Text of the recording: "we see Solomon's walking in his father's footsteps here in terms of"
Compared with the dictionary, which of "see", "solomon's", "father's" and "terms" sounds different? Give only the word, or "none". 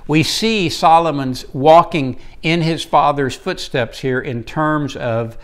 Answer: none